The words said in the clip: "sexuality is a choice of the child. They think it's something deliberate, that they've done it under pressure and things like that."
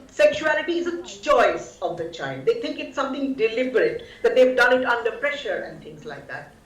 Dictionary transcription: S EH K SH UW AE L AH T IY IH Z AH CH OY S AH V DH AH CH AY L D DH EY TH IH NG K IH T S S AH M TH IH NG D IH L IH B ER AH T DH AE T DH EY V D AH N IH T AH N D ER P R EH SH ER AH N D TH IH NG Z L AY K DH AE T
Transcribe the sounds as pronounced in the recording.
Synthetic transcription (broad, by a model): S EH K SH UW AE L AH T IY IH Z AH CH OY S AH V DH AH CH AY N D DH EY T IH NG K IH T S S AH M T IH NG D IH L IH B ER AH T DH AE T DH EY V D AH N IH T AH N D ER P R EH SH ER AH N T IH NG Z L AY K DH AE T